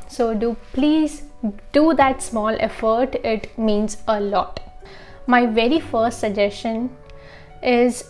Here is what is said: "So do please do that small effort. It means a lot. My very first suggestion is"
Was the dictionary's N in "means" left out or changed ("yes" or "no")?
no